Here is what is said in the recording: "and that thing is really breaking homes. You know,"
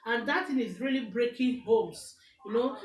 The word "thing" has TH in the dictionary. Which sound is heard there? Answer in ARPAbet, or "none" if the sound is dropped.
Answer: T